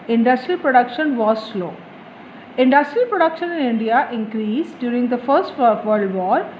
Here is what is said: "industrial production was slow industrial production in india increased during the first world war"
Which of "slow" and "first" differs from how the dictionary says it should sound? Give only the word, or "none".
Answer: none